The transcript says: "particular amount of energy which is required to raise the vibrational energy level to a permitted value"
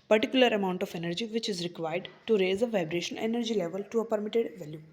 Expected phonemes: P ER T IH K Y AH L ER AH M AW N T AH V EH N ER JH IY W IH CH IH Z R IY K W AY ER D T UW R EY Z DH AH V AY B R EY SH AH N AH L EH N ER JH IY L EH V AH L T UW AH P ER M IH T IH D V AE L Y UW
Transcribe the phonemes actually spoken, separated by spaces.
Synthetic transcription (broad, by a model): P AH T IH K Y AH L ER AH M AW N T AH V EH N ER JH IY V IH CH IH Z R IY K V AY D D T UW R EY Z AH V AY B R EY SH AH N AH N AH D JH IY L EH V AH L T UW AH P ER M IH T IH D V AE L Y UW